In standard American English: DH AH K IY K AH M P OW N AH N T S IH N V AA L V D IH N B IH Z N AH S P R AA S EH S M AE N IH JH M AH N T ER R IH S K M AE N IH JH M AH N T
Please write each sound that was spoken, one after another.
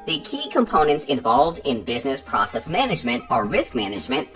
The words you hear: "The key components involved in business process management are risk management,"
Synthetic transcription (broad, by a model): DH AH K IY K AH M P OW N AH N T S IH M V AA L V D IH N B IH Z N AH S P R AA S EH S M AE N IH JH M AH N T ER R IH S K M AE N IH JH M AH N T